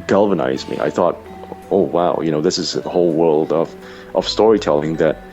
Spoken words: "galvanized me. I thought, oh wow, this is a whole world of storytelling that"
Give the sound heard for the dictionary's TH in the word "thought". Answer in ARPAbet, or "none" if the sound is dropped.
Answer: TH